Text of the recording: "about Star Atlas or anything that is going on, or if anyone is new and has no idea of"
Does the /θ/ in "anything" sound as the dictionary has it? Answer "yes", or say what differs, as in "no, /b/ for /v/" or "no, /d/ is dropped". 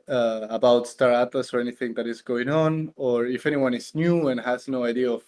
yes